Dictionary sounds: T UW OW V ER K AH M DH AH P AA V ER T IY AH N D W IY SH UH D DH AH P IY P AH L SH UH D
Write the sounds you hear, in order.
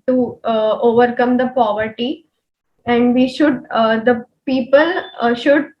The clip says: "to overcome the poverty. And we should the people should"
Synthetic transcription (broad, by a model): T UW OW V ER K AH M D AH P AA V ER T IY AH N D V IY SH UH D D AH P IY P AH L SH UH D